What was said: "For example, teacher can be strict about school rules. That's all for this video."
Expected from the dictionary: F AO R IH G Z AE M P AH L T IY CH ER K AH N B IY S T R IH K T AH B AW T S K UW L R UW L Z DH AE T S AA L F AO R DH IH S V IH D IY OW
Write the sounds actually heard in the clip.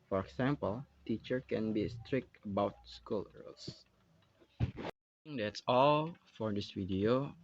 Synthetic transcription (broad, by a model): F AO R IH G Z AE M P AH L T IY CH ER K AH N B IY S T R IH K T AH B AW T S K UW L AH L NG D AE T S AA L F AO R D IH S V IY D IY OW